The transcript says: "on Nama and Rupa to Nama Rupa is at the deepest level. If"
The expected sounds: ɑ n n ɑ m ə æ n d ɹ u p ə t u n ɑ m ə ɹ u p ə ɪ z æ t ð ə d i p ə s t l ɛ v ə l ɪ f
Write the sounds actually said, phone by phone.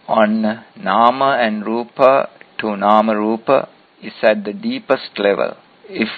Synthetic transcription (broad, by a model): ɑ n n ɑ m ə æ n d ɹ u p ə t u n ɑ m ə ɹ u p ə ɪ s æ t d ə d i p ə s t l ɛ v ə l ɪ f